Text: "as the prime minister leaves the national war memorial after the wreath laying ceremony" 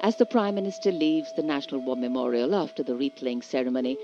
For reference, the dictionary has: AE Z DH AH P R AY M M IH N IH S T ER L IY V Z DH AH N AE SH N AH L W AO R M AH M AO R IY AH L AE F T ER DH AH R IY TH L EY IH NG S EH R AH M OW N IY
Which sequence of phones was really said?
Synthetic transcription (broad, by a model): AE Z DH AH P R AY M M IH N IH S T ER L IY V Z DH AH N AE SH N AH L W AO M AH M AO R IY AH L AE F T ER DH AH R IY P L EY IH NG S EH R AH M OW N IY